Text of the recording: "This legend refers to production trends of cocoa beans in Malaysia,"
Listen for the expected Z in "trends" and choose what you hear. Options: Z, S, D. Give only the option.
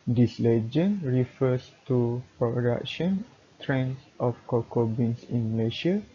S